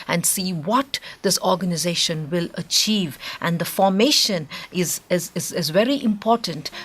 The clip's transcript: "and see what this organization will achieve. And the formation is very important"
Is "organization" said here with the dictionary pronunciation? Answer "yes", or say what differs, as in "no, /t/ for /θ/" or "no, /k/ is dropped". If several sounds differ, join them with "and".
yes